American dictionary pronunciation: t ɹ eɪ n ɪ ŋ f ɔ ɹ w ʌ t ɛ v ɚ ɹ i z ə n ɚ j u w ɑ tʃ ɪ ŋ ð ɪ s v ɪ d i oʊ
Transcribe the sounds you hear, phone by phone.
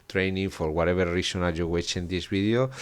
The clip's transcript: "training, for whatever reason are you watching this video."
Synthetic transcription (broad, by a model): t ɹ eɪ n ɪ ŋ f ɔ ɹ w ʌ t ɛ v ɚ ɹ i s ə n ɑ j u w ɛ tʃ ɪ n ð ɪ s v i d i oʊ